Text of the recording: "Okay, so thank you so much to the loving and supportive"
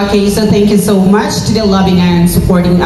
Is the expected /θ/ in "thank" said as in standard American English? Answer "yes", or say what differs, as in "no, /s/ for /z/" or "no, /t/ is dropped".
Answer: yes